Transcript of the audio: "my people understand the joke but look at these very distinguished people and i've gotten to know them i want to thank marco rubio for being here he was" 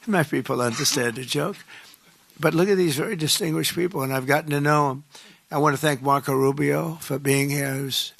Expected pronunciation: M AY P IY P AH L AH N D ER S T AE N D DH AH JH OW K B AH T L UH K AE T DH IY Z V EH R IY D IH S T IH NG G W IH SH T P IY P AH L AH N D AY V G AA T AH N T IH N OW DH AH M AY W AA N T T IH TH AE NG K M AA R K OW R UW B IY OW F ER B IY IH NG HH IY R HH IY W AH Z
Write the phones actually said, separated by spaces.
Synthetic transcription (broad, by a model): M AY P IY P L AH N D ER S T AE N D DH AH JH OW K B AH T L UH K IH T DH IY Z V EH R IY D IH S T IH NG G W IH SH P IY P L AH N AY V G AA T N T IH N OW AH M AY W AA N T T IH TH AE NG K M AA R K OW R UW B IY OW F ER B IY IH NG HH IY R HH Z